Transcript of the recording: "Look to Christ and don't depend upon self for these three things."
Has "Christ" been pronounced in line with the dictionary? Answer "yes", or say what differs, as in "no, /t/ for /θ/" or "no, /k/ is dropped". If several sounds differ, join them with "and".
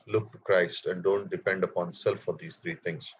yes